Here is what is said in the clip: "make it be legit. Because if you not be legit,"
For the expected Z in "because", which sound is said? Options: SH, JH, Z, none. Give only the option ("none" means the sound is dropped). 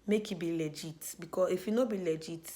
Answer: none